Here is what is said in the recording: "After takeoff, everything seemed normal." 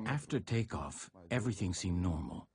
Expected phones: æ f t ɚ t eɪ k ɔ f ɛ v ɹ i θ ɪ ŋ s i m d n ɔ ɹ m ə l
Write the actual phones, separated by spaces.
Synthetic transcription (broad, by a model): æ f t ɚ t eɪ k ɔ f ɛ v ɹ i θ ɪ ŋ s i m n ɔ ɹ m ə l